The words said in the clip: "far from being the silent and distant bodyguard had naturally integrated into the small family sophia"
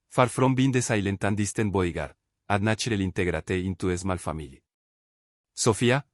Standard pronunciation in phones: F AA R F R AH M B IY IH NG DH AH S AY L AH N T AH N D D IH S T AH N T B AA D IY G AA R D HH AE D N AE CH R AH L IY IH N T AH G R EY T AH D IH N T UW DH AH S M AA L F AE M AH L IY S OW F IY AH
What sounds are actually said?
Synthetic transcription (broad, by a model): F AA R F R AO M B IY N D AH S AY L AH N T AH N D D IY S T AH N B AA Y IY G AA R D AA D N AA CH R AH L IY N T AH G R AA T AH IH N T UW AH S M AA L F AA M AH L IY S OW F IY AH